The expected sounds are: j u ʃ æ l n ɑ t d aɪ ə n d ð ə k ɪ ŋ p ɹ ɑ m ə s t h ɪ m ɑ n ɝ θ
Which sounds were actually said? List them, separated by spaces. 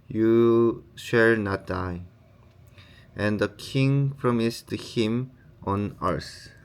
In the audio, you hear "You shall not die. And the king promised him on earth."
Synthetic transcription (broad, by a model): j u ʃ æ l n ɑ t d aɪ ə n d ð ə k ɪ ŋ p ɹ ɑ m ə s t h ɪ m ɑ n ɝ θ